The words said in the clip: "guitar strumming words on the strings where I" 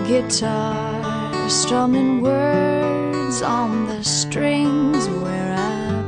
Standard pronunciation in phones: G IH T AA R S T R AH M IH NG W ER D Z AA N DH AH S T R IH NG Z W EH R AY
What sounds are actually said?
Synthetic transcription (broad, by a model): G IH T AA S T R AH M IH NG W ER D Z N DH AH S T R IH NG Z W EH R AY